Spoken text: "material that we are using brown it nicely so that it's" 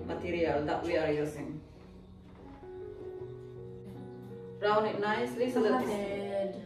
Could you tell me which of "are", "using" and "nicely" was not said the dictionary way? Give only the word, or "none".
using